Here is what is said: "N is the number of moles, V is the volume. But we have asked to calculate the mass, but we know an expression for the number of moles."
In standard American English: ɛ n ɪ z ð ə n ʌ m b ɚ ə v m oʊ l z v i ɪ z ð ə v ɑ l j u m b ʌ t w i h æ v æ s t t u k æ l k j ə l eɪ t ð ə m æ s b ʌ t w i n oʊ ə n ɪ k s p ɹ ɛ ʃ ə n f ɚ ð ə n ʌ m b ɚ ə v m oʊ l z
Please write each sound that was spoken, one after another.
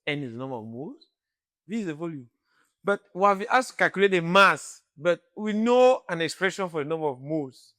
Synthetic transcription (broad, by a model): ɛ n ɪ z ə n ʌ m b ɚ ə v m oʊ z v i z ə v ɑ l j u m b ʌ t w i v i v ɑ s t t u k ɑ l k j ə l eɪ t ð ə m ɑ s b ʌ t w i n oʊ ə n ɪ k s p ɹ ɛ ʃ ə n f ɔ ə n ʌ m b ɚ ə v m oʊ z